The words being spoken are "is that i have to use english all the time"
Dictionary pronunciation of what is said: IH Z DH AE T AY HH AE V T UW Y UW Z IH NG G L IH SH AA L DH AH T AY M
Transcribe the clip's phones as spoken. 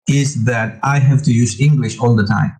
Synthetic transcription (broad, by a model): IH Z DH AE T AY HH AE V T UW Y UW Z IH NG G L IH SH AA L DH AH T AY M